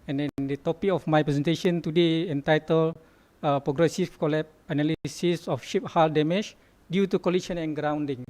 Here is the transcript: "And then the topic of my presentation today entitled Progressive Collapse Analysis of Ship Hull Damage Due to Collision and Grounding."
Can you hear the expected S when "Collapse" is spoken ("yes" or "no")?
no